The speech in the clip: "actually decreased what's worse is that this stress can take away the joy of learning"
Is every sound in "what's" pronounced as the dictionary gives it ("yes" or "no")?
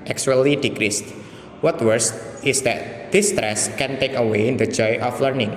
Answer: no